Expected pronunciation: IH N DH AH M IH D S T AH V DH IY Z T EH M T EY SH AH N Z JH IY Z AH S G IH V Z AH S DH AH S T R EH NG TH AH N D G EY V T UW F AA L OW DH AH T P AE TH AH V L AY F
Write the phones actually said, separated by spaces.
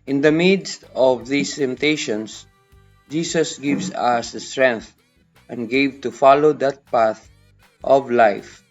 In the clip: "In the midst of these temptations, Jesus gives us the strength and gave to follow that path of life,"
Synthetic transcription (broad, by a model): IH N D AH M IH D S T AH V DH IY S T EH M T EY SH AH N S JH IY S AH S G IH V S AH S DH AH S T R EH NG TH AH N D G EY V T UW F AA L OW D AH T P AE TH AH V L AY F